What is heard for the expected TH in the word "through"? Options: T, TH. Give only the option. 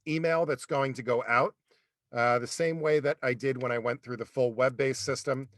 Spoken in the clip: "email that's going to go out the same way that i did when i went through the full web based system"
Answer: TH